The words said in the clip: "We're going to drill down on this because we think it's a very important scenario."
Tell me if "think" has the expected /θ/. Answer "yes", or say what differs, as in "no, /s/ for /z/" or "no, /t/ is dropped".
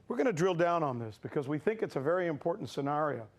yes